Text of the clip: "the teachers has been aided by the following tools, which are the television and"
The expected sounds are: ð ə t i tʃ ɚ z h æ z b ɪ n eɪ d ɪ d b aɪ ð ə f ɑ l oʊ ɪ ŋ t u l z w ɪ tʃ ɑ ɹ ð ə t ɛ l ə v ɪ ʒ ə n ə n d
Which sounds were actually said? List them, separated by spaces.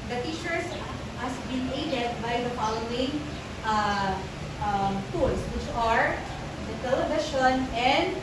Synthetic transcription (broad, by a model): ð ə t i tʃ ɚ s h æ s b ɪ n eɪ d ɪ d b aɪ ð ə f ɑ l oʊ ɪ ŋ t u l s w ɪ tʃ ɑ ɹ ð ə t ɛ l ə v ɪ ʃ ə n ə n d